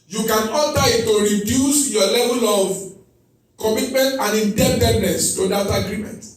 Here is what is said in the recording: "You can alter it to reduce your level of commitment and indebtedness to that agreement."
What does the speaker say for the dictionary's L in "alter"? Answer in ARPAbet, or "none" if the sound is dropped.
none